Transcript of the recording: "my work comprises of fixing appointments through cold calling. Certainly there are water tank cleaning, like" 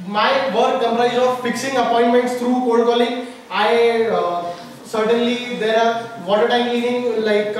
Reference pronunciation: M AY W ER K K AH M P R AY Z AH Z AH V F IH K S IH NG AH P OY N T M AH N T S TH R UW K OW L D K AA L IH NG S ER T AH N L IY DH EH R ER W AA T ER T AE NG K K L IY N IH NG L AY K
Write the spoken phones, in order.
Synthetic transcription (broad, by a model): M AY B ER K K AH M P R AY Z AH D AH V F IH K S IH NG AH P OY N T M AH N T S T R UW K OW D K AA L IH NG S ER T AH N L IY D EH R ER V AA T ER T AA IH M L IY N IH NG L AY K